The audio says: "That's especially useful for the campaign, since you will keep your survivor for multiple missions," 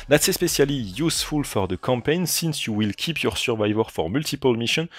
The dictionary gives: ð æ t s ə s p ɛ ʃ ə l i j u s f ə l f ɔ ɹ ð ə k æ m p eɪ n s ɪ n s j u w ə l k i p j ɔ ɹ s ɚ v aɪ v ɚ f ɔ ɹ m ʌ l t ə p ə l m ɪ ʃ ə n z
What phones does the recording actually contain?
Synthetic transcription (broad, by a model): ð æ t s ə s p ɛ s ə l i j u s f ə l f ɔ ɹ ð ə k æ m p eɪ n s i n s j u w ə l k i p j ɔ ɹ s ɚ v aɪ v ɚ f ɔ ɹ m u l t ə p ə l m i ʃ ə n